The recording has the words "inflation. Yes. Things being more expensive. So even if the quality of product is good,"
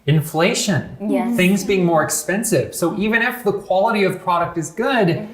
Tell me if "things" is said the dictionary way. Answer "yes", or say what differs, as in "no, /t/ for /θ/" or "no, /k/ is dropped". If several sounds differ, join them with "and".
yes